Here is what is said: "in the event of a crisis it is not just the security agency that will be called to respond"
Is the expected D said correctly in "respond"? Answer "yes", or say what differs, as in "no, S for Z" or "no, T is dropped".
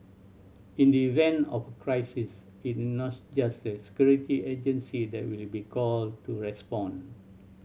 no, D is dropped